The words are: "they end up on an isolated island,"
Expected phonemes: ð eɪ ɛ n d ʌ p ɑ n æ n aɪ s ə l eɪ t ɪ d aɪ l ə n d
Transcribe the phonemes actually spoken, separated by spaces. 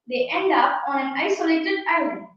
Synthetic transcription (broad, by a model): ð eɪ ɛ n d ʌ p ɑ n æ n aɪ s ə l eɪ t ɪ d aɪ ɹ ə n